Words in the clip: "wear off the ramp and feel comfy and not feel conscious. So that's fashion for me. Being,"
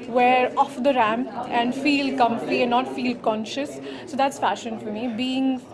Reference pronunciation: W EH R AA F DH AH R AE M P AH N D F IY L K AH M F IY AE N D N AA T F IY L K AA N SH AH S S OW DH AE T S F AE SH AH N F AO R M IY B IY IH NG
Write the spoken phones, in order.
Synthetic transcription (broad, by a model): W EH R AA F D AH R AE M AH N D F IY L K AH M F IY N N AA T F IY L K AA N SH AH S S OW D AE T S F AE SH AH N F AO R M IY B IY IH NG